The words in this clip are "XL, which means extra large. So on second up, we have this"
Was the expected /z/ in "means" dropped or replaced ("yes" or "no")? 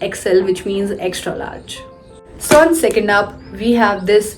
no